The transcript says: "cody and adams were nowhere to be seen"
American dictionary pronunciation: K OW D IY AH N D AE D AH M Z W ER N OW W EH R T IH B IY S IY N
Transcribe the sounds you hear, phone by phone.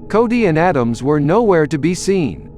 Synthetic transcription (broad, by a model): K OW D IY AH N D AE D AH M Z W ER N OW W EH R T IH B IY S IY N